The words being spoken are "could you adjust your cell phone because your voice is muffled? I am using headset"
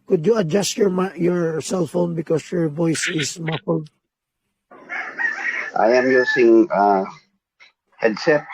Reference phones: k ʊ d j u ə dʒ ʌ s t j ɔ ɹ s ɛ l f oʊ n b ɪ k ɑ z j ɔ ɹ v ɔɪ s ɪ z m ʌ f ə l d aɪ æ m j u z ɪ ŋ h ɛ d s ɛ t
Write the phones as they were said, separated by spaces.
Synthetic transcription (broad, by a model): k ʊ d j u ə dʒ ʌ s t j ɔ ɹ s ɛ l f oʊ n b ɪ k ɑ s j ɔ ɹ v ɔɪ s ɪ s m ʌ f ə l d aɪ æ m j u s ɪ ŋ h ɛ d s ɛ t